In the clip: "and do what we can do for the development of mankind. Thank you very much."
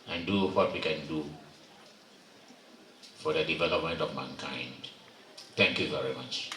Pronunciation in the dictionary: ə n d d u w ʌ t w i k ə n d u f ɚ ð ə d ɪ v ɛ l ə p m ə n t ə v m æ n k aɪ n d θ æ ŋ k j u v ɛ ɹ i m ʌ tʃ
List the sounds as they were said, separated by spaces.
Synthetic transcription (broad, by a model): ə n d d u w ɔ t w i k ə n d u f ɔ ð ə d ɪ v ɛ l ə p m ə n t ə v m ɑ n k aɪ n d t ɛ ŋ k j u v ɛ ɹ i m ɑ tʃ